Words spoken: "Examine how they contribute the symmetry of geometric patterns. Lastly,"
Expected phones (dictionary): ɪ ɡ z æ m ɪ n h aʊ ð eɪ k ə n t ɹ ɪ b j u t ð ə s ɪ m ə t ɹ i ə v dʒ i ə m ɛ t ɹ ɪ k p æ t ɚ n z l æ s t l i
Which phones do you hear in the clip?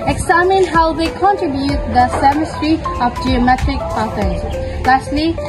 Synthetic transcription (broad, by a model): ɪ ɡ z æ m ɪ n h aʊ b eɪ k ə n t ɹ ɪ b j u t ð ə s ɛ m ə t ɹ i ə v dʒ i ə m ɛ t ɹ ɪ k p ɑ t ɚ z l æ s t l i